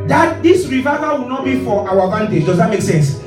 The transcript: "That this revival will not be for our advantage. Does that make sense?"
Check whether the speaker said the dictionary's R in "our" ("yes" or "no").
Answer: no